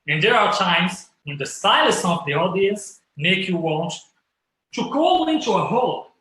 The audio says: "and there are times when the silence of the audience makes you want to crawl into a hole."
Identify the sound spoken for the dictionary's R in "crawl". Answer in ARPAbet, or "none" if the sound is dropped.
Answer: none